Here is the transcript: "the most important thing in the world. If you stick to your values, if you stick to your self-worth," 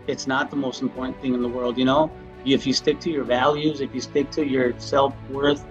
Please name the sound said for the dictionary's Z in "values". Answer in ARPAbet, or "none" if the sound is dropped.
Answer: Z